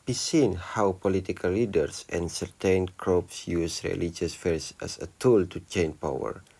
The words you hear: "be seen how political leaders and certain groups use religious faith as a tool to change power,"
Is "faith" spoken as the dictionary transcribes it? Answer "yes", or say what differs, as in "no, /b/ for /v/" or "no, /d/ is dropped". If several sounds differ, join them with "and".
no, /s/ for /θ/